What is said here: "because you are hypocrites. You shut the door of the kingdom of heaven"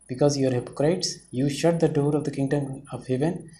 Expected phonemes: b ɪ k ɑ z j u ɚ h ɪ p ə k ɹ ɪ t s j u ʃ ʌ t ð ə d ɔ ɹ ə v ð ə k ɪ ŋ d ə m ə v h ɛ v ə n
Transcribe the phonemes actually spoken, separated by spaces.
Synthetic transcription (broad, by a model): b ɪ k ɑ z j u ɚ h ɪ p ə k ɹ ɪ t s j u ʃ ʌ t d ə d ɔ ɹ ə v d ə k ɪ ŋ d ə m ə v h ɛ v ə n